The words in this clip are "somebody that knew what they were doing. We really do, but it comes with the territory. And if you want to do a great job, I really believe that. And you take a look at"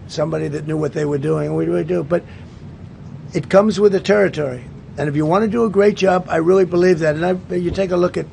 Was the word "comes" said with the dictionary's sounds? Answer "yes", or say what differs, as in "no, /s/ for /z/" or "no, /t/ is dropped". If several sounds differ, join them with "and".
yes